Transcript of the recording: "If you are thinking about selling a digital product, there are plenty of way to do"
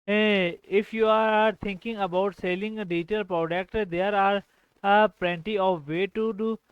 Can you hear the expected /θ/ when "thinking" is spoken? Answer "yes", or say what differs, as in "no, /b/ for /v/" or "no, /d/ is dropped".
no, /t/ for /θ/